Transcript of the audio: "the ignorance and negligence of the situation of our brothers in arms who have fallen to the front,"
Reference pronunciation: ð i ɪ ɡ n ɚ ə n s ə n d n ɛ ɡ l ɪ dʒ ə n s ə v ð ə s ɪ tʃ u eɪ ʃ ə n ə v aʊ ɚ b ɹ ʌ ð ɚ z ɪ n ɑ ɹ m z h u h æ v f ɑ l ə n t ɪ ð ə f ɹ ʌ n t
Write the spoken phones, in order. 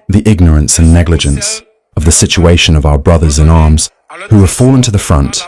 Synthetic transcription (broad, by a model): ð i ɪ ɡ n ɚ ə n s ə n n ɛ ɡ l ɪ dʒ ə n s ə v ð ə s ɪ tʃ u eɪ ʃ ə n ə v aʊ ɚ b ɹ ʌ ð ɚ z ɪ n ɑ ɹ m z h u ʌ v f ɑ l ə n t ɪ ð ə f ɹ ʌ n t